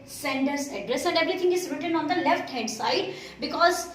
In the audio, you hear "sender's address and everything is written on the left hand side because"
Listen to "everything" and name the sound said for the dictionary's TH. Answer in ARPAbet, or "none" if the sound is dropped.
T